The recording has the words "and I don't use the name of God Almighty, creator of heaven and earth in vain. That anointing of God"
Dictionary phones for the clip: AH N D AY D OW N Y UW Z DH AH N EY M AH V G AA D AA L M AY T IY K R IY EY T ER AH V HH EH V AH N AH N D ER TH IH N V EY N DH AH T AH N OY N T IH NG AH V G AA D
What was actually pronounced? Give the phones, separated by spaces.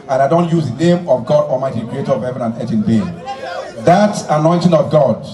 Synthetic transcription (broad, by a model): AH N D AY D OW N Y UW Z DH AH N EY M AH V G AA D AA M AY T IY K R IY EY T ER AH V HH EH V AH N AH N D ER T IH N B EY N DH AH T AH N OY N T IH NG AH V G AA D